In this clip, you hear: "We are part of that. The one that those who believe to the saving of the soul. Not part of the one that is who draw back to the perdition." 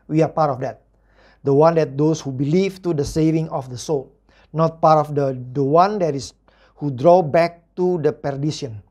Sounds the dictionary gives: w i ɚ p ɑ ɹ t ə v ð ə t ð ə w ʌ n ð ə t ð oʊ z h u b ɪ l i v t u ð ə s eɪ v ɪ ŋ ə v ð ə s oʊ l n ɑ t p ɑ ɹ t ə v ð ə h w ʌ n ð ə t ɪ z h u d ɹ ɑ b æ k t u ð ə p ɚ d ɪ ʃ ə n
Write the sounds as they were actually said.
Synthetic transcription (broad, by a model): w i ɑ p ɑ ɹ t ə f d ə t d ə w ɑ n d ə t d oʊ s h u b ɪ l i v t u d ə s eɪ v ɪ ŋ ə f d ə s oʊ l n ɑ t p ɑ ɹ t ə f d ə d w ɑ n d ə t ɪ s h u d ɹ ɑ b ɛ k t u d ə p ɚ d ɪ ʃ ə n